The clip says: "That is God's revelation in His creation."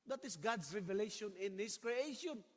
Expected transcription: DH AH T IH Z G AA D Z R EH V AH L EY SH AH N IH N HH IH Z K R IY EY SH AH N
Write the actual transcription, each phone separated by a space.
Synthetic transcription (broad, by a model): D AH T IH S G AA D S R EH V AH L EY SH AH N IH N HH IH S K R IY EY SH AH N